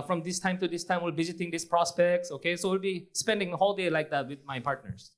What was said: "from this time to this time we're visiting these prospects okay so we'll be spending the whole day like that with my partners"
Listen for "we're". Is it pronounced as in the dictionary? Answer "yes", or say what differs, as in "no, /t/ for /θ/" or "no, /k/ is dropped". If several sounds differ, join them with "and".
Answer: no, /l/ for /ɹ/